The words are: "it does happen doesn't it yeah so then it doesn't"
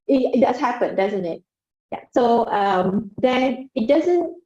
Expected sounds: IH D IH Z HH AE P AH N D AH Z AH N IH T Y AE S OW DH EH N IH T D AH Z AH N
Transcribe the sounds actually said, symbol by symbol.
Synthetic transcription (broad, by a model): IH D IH S HH AE P AH N D AH Z AH N IH T Y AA S OW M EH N IH T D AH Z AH N